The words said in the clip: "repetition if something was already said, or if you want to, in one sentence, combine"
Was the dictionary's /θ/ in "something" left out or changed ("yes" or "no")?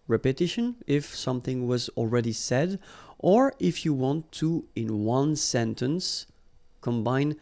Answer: no